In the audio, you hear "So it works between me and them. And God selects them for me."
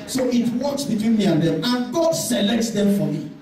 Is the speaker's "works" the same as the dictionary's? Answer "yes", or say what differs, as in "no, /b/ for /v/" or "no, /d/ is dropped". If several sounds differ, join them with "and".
no, /k/ is dropped